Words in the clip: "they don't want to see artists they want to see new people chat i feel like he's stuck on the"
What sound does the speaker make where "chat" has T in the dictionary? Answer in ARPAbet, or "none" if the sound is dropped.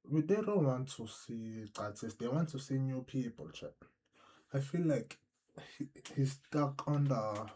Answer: none